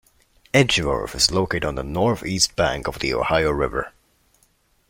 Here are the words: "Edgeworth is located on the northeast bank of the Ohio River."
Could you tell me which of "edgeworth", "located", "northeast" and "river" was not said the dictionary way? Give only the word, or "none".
edgeworth